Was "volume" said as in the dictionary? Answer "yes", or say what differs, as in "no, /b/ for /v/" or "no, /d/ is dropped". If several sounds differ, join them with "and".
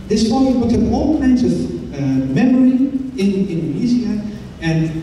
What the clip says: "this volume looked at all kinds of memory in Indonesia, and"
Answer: no, /l/ is dropped